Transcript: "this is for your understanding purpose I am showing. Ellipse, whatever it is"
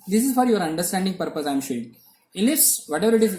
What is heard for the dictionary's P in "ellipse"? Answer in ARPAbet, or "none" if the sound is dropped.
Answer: none